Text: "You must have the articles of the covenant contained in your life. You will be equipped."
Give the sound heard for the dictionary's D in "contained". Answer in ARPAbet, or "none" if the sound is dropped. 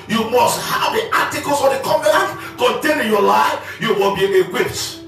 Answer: none